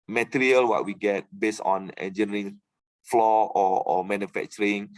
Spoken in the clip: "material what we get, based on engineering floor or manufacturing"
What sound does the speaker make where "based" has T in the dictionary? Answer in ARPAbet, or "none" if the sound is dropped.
none